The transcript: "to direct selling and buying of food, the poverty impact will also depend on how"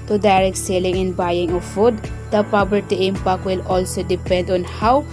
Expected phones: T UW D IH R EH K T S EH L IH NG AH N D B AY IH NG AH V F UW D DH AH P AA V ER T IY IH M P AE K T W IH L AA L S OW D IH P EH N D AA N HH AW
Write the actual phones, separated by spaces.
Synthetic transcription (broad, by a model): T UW D IH R EH K T S EH L IH NG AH N B AY IH NG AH F UW D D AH P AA B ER T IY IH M P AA K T W IH L AA L S OW D IH P EH N D AA N HH AW